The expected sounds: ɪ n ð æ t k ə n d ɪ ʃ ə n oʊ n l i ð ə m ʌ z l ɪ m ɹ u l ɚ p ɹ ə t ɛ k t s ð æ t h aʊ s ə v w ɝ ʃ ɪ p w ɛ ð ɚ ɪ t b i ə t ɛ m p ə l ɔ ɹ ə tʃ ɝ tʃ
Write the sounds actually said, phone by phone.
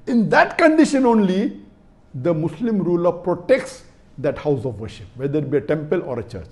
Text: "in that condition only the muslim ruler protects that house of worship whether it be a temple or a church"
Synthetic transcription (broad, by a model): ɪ n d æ t k ə n d ɪ ʃ ə n oʊ n l i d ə m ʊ s l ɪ m ɹ u l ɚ p ɹ ə t ɛ k t s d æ t h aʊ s ə v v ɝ ʃ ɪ p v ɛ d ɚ ɪ t b i ə t ɛ m p ə l ɔ ɹ ə tʃ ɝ tʃ